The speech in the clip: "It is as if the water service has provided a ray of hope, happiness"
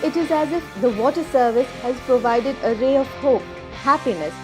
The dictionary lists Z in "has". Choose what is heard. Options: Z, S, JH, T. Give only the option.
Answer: Z